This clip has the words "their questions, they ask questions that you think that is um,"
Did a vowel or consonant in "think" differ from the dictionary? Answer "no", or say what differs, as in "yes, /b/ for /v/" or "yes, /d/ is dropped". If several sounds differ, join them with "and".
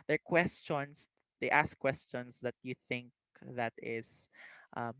no